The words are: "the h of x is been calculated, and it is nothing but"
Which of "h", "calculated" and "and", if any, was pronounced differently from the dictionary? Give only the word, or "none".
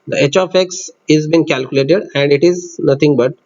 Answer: none